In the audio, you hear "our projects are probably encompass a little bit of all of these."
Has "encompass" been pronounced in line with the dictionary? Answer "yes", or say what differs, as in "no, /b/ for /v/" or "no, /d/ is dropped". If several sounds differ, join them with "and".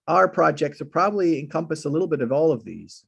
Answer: yes